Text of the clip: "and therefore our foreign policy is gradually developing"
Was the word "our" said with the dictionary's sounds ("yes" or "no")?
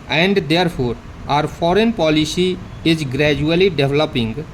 yes